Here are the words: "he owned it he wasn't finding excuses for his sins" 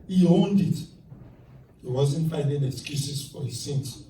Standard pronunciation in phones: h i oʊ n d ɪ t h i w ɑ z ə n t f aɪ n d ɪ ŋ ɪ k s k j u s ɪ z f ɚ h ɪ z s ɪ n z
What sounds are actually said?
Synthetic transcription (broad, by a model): h i oʊ n d ɪ t h i w ɑ z ə n t f aɪ n d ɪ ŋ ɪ k s k j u s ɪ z f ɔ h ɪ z s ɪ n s